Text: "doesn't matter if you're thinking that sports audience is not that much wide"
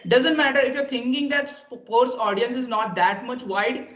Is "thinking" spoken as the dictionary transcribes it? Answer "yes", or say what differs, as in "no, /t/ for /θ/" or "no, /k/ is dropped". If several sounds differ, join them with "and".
no, /t/ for /θ/